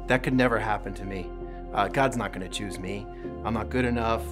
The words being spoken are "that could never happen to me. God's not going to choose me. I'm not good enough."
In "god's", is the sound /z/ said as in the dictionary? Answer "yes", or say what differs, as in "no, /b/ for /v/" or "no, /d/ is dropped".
yes